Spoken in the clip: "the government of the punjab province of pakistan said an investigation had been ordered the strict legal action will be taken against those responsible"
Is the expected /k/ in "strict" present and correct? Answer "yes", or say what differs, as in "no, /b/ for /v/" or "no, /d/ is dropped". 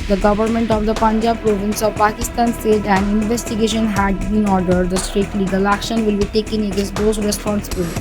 no, /k/ is dropped